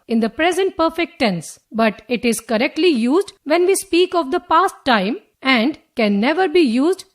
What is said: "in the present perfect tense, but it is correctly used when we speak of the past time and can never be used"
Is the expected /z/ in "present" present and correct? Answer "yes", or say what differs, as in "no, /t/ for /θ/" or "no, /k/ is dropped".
yes